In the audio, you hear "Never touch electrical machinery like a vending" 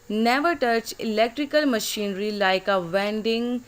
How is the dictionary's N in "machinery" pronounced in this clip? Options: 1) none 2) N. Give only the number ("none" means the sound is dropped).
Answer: 2